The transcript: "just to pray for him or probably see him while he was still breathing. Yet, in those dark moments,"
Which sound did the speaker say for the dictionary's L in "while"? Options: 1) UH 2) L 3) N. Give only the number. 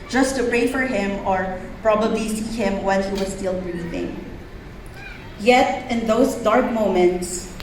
3